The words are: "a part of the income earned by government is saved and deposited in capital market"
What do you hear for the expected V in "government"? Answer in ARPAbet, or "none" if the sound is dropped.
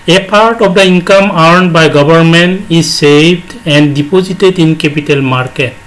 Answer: B